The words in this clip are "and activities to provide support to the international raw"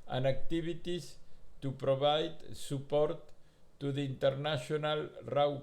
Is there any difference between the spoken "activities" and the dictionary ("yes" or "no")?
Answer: yes